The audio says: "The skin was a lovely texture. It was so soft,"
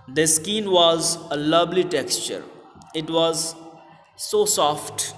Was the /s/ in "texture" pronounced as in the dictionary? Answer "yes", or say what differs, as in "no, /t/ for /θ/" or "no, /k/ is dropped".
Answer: yes